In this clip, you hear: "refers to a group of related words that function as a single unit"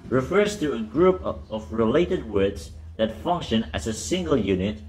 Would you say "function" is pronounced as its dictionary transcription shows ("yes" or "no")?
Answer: yes